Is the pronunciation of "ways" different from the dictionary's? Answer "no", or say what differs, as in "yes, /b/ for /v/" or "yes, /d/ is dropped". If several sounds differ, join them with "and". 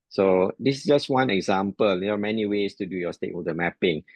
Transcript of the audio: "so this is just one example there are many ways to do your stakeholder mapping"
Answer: yes, /s/ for /z/